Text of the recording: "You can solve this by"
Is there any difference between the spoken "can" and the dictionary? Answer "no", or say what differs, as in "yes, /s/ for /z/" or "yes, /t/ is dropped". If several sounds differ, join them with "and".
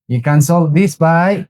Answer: no